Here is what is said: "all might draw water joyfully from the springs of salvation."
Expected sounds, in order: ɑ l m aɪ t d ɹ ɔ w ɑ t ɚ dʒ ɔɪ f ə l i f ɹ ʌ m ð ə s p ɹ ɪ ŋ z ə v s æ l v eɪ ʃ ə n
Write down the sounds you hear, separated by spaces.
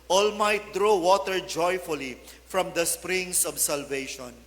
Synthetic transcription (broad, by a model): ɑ l m aɪ t d ɹ ɔ w ɑ t ɚ dʒ ɔɪ f ə l i f ɹ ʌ m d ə s p ɹ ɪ ŋ s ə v s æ l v eɪ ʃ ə n